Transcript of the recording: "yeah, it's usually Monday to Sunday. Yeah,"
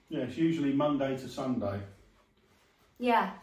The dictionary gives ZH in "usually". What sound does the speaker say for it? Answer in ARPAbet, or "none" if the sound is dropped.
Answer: ZH